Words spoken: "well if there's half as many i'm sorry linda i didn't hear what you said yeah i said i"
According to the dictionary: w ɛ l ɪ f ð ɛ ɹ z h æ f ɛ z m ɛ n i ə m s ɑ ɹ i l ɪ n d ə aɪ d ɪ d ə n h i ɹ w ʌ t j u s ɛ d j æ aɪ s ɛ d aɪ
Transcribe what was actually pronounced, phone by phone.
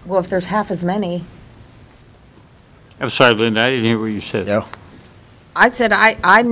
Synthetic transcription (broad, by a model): w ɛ l ɪ f ð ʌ ɹ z h æ f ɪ z m ɛ n i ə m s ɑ i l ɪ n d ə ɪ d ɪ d n h i ɹ w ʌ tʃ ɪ s ɛ d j aɪ s ɛ d aɪ